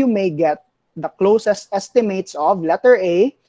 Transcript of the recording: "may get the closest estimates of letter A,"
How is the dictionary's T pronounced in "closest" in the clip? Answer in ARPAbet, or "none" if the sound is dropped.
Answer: T